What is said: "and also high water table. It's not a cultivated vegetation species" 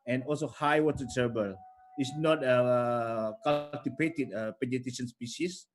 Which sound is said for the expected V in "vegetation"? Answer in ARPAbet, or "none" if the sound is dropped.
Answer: P